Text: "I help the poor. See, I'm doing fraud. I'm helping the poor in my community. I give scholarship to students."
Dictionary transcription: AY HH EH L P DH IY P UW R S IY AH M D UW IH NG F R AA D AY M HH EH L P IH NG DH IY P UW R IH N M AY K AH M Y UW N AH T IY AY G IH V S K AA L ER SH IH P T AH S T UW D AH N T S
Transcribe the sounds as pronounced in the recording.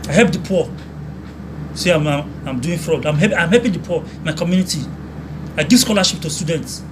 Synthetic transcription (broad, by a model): AY HH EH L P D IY P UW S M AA AH M D UW IH NG F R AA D AY M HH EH P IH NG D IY P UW IH N M AY K AH M Y UW N AH T IY AY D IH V S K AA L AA SH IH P T AH S T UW D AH N T S